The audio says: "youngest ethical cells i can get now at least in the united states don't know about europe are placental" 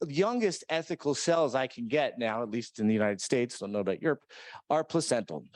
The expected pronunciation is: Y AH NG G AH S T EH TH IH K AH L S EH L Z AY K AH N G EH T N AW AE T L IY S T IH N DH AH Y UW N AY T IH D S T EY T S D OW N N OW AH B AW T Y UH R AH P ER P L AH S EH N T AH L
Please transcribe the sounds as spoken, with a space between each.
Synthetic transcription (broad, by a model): Y AH NG G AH S T EH TH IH K L S EH L Z AY K N G EH T N AW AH T L IY S T IH N DH AH Y UW N AY T IH D S T EY T S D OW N N OW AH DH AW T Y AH R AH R P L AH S EH N T L